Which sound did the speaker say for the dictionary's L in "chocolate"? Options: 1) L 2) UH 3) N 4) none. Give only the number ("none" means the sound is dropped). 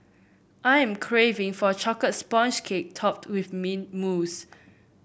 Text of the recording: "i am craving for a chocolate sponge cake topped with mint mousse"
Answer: 4